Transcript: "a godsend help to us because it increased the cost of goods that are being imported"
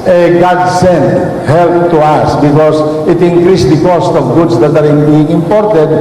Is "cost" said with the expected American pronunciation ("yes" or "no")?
yes